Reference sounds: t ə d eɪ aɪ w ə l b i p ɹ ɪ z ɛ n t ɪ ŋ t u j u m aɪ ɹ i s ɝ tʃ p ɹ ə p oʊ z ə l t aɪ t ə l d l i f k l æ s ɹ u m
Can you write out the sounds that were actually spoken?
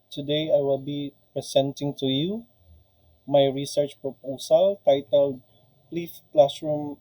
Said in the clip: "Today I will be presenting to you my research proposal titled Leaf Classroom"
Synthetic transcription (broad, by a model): t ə d eɪ aɪ w ə l b i p ɹ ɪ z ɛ n t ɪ ŋ t u j u m aɪ ɹ i s ɝ tʃ p ɹ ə p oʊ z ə l t aɪ t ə l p l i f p l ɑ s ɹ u m